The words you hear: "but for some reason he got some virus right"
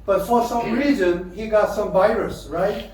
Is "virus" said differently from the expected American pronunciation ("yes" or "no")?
no